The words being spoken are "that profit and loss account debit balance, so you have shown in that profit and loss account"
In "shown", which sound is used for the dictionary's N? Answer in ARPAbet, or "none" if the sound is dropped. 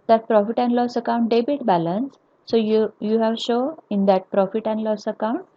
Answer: none